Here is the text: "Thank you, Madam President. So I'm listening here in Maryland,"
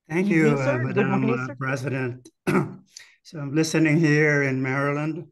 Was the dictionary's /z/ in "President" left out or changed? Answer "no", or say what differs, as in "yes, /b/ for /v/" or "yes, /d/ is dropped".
no